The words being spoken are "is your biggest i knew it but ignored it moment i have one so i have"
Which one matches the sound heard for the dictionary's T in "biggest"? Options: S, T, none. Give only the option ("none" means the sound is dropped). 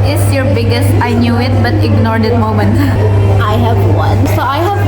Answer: T